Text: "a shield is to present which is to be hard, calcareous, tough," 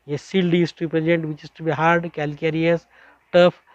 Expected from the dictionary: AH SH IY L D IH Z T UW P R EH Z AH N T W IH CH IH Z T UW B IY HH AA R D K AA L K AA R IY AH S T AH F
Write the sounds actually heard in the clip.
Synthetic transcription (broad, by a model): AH S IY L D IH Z T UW P R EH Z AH N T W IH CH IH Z T UW B IY HH AA R D K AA L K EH R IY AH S T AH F